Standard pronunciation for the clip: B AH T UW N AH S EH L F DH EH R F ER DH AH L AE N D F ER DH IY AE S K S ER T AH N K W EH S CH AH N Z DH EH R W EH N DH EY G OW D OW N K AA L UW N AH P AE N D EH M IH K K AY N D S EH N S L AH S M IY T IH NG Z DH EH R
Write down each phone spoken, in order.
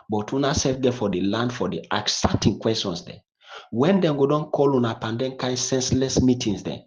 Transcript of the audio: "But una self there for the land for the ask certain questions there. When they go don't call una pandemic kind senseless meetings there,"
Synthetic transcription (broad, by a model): B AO T UW N AH S EH L F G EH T F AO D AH L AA N D F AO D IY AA K S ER T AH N K W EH S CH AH N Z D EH W EH N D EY G OW D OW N K AA L UW N AH P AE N D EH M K K AY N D S EH N S L AH S M IY T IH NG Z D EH